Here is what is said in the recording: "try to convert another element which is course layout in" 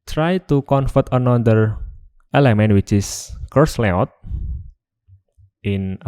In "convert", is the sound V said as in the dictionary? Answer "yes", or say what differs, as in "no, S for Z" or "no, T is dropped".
no, F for V